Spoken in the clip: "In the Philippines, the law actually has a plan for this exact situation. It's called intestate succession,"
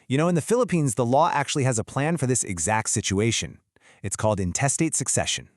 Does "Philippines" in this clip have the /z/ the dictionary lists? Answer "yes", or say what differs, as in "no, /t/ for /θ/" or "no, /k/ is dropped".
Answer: yes